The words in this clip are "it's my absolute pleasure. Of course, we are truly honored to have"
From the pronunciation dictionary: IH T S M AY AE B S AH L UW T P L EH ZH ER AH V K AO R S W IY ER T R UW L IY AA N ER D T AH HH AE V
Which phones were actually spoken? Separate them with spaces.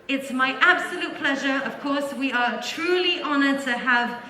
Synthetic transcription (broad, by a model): IH T S M AY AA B S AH L UW T P L EH ZH ER AH V K AO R S W IY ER T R UW L IY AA N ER D T AH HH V